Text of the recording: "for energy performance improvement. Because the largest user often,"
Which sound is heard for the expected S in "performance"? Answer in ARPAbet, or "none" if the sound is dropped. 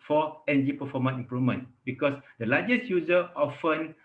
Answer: none